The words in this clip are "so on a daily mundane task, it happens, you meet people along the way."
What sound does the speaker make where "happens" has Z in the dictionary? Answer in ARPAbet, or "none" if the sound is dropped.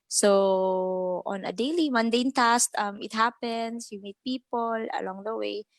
S